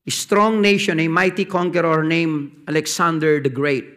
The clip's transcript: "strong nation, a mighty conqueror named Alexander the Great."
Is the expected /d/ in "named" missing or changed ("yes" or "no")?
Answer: yes